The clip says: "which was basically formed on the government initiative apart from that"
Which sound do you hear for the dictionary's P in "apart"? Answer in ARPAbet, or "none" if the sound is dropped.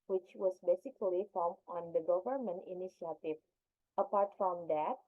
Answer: P